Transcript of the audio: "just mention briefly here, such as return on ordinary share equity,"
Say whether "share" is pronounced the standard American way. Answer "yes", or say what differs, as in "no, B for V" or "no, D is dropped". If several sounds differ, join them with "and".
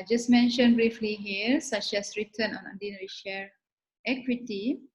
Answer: no, L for R